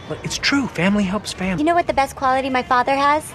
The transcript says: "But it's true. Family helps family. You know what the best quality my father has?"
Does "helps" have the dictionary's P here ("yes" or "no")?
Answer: yes